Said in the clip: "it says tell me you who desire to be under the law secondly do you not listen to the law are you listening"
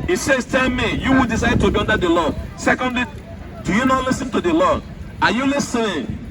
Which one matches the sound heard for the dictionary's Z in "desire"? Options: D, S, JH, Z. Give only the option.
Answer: S